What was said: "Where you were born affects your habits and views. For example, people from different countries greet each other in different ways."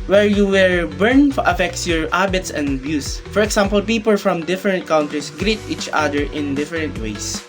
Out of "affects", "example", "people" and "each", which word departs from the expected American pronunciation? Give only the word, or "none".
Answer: example